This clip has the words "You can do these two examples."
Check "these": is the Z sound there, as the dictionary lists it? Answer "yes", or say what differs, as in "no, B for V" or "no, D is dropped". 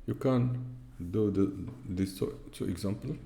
no, S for Z